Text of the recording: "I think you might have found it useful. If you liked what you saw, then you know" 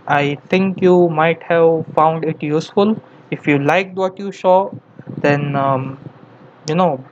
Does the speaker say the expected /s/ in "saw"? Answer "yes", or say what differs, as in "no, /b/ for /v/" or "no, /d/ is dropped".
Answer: no, /ʃ/ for /s/